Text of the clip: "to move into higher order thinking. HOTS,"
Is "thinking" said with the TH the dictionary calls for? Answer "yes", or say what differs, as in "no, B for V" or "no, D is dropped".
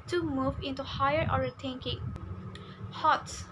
no, T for TH